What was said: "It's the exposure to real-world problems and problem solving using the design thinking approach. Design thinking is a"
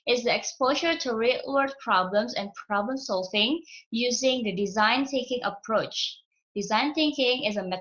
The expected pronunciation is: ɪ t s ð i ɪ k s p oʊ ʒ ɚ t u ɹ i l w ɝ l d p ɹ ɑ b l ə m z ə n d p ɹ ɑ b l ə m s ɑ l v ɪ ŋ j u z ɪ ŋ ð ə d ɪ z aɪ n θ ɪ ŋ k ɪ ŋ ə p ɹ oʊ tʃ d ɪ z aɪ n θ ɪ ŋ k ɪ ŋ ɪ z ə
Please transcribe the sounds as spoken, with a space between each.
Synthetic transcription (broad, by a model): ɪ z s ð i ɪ k s p oʊ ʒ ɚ t u ɹ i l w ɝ d p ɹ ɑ b l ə m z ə n p ɹ ɑ b l ə m s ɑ l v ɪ ŋ j u z ɪ ŋ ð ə d ɪ z aɪ n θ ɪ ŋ k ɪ ŋ ə p ɹ oʊ tʃ d ɪ z aɪ n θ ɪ ŋ k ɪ ŋ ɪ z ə